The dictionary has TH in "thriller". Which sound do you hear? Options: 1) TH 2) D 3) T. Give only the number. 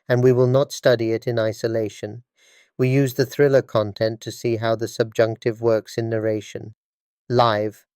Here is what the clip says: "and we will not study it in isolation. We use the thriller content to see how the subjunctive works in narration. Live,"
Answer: 1